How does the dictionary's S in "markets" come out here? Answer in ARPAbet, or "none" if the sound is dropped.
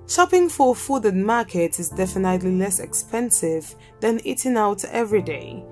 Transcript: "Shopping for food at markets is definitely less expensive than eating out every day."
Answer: none